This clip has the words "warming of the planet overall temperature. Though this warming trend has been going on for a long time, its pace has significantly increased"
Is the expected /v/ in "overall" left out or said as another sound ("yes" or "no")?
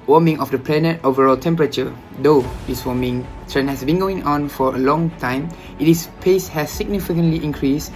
no